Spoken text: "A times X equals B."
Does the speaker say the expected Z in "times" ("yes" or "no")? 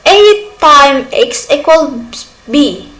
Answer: no